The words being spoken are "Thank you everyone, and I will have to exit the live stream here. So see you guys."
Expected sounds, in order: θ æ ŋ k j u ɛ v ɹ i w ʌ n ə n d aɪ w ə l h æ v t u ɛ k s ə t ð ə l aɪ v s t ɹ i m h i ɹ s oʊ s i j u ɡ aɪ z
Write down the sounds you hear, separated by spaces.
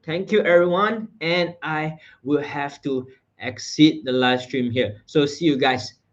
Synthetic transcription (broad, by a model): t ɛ ŋ k j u ɛ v ɹ i w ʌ n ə n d aɪ w ə l h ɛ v t u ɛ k s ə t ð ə l aɪ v s t ɹ i m h i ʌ s oʊ s i j u ɡ aɪ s